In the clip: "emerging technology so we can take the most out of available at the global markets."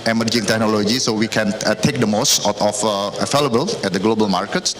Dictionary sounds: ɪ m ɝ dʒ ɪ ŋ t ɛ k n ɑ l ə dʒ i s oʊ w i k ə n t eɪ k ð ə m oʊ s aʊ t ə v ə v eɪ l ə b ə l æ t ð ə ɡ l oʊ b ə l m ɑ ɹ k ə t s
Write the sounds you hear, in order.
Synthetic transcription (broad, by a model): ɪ m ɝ dʒ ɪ ŋ t ɛ k n ɑ l ə dʒ i s oʊ w i k ə n t eɪ k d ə m oʊ s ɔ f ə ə f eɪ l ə b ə l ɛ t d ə ɡ l oʊ b ə l m ɑ ɹ k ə t